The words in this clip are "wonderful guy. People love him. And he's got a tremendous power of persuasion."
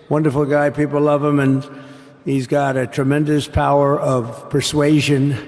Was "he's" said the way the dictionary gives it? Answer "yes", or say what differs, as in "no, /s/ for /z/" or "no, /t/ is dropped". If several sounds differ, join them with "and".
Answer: yes